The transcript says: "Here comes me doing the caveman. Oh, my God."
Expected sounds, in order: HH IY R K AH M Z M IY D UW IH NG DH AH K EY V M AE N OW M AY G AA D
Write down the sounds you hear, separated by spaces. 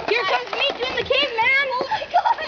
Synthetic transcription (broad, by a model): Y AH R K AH Z M IY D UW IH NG DH AH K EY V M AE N OW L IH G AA